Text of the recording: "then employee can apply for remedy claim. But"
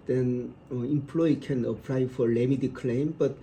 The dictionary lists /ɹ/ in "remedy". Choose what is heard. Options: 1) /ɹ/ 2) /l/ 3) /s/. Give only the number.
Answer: 2